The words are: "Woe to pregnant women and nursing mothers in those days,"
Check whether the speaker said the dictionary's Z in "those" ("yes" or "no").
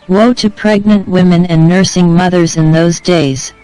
yes